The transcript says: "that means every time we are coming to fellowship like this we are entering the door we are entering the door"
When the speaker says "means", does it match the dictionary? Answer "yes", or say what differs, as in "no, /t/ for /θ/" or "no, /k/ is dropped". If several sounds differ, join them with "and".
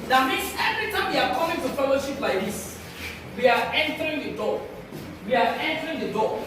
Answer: no, /s/ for /z/